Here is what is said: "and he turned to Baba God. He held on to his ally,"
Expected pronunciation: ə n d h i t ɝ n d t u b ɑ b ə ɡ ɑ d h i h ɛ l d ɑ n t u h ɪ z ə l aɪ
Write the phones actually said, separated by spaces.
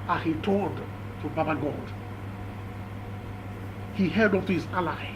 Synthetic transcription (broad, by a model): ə h i t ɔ l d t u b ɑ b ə ɡ ɑ d h i h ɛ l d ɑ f t u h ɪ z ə l aɪ